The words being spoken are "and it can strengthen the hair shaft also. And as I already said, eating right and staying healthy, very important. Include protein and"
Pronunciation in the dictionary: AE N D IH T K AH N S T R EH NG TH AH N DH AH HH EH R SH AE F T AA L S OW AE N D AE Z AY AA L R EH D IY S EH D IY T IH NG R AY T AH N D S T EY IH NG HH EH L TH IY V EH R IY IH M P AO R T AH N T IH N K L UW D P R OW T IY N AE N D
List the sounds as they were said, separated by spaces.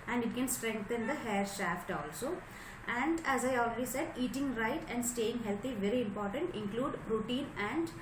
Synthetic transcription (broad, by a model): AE N D IH T K AH N S T R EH NG T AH N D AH HH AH R SH AE F T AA L S OW AE N D AE Z AY AA L R EH D IY S EH D IY T IH NG R AY T AH N D S T EY IH NG HH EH L T IY V EH R IY IH M P AO R T AH N T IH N K L UW D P R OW T IY N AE N D